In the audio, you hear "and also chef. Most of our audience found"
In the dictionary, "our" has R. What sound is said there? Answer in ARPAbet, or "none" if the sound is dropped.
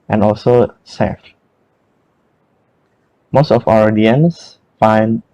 W